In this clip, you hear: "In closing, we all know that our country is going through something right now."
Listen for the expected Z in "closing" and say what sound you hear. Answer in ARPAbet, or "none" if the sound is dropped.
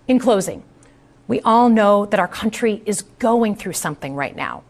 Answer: Z